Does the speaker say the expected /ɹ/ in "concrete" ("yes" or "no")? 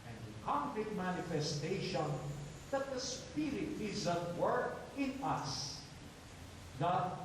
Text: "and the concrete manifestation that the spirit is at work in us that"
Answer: no